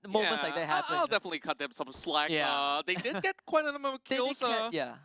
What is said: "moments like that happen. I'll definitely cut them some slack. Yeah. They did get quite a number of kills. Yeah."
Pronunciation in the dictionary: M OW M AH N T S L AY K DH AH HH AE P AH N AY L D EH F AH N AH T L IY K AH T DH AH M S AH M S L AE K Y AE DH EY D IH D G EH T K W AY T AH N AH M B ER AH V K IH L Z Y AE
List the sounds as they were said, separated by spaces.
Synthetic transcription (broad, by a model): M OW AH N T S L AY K DH AH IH AH AY L D EH F AH N AH T L IY K AH T DH AH M S AH M S L AE K Y AE DH EY D IH D G EH T K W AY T AH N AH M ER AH K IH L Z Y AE